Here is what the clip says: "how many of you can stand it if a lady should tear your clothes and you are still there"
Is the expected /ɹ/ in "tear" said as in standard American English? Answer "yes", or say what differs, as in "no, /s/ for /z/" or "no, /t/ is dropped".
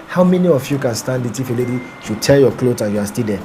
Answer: no, /l/ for /ɹ/